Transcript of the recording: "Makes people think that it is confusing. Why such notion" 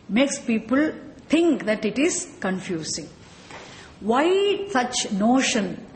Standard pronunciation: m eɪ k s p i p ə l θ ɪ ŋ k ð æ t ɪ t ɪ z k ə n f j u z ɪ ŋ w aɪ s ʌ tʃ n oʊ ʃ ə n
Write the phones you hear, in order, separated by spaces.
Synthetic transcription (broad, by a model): m eɪ k s p i p ə l t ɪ ŋ k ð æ t ɪ t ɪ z k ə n f j u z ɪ ŋ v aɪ s ʌ tʃ n oʊ ʃ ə n